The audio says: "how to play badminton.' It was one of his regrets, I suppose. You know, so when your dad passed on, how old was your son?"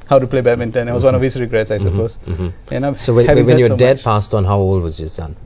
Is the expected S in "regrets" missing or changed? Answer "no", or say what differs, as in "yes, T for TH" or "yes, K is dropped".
no